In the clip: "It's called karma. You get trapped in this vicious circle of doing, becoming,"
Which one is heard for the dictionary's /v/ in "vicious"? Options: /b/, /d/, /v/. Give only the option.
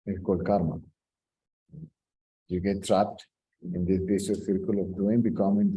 /b/